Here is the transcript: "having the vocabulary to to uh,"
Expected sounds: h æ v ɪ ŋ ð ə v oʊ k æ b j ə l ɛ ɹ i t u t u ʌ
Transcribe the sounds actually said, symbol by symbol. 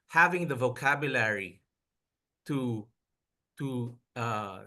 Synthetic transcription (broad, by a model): h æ v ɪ ŋ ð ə v oʊ k æ b j ə l ɛ ɹ i t u t u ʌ